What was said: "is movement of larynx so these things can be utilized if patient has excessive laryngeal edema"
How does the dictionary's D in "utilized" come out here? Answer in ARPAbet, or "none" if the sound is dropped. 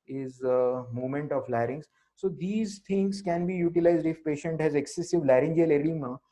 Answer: D